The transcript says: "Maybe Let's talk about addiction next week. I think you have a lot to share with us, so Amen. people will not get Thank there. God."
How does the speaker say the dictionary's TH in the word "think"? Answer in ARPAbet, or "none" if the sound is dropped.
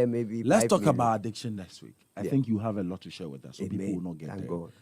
TH